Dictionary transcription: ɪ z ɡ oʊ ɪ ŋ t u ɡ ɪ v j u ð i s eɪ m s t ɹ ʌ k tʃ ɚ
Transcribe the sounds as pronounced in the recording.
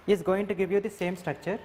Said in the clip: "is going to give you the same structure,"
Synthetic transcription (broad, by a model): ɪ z ɡ oʊ ɪ ŋ t u ɡ ɪ v j u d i s eɪ m s t ɹ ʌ k tʃ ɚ